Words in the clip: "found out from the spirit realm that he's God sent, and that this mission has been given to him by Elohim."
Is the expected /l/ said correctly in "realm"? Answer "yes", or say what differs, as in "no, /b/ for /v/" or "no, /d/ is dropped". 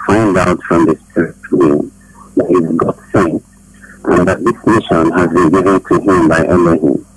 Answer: no, /l/ is dropped